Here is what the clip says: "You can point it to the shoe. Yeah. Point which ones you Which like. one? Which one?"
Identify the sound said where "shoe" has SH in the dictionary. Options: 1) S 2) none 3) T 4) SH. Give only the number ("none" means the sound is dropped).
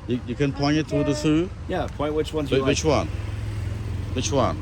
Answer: 1